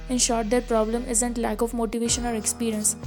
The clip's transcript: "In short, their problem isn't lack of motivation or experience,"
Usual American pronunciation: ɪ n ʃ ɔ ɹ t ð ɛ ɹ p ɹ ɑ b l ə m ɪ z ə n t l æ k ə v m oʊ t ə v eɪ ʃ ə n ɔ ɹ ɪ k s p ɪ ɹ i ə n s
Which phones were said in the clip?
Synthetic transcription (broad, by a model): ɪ n ʃ ɔ ɹ t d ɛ ɹ p ɹ ɑ b l ə m ɪ z ə n t l æ k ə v m oʊ t ə v eɪ ʃ ə n ɔ ɹ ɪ k s p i ɹ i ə n s